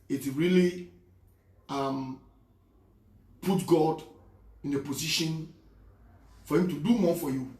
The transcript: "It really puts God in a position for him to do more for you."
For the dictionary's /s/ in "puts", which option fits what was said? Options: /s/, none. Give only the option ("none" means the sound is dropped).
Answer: none